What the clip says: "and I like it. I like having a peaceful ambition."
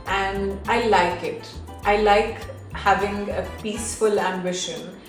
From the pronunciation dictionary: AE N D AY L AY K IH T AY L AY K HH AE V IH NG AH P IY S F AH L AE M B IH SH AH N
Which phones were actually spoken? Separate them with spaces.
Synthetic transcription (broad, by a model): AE N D AY L AY K IH T AY L AY K HH AE V IH NG AH P IY S F AH L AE M B IH SH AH N